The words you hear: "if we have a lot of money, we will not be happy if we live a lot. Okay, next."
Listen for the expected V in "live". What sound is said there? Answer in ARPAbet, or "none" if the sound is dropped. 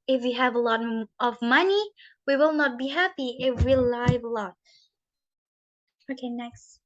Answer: V